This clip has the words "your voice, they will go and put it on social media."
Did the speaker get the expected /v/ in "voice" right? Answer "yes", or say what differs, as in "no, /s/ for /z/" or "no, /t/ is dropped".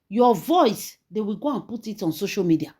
yes